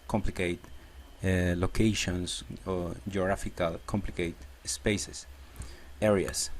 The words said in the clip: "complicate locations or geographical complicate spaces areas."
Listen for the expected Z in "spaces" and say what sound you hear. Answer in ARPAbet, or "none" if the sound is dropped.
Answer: S